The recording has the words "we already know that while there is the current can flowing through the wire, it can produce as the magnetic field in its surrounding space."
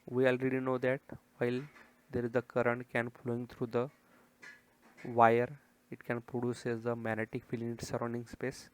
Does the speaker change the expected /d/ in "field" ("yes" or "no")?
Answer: yes